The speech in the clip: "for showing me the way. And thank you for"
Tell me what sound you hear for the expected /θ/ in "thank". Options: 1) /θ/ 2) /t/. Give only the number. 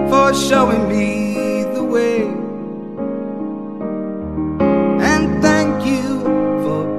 1